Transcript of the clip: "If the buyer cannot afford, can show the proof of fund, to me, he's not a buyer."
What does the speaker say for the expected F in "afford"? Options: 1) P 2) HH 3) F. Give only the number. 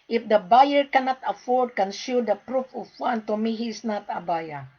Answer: 3